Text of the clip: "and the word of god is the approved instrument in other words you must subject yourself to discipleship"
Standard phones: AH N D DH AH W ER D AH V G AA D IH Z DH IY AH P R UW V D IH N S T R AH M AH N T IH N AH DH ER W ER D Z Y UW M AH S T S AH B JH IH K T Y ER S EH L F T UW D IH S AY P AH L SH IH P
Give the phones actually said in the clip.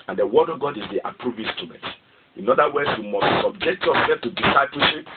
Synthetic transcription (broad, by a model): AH N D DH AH W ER D AH V G AA D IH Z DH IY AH P R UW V IH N S T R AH M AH N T IH N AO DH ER W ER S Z Y UW M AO S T S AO B JH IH K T Y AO S EH L F T UW D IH S AY P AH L SH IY P